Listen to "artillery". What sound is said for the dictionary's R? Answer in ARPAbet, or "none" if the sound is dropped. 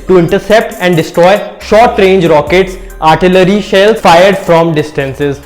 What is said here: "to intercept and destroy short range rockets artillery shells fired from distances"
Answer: R